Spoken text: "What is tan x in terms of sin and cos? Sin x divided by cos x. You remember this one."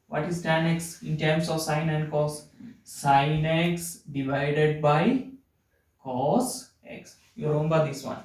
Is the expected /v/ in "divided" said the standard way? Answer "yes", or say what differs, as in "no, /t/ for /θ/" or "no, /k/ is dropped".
yes